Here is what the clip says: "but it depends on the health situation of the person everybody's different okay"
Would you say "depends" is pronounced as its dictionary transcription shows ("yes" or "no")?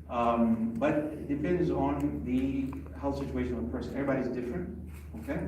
yes